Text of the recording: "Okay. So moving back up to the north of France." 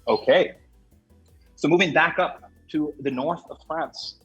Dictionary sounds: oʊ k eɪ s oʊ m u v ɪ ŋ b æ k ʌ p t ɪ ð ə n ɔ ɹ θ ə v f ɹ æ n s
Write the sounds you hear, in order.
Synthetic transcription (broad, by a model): oʊ k eɪ s oʊ m u v ɪ ŋ b æ k ʌ p t ɪ ð ə n ɔ ɹ θ ə v f ɹ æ n s